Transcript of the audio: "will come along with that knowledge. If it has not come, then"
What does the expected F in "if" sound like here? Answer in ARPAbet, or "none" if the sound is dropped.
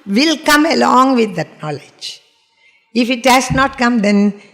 F